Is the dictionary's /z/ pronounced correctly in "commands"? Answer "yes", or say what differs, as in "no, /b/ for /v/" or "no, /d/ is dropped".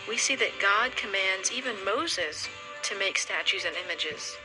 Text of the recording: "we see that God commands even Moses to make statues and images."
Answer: yes